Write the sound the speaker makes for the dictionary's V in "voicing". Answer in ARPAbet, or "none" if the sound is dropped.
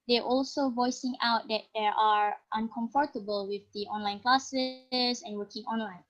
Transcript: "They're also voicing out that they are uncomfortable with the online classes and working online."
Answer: V